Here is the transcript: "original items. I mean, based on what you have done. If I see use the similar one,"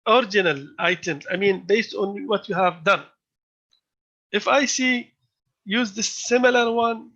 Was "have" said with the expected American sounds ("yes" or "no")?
yes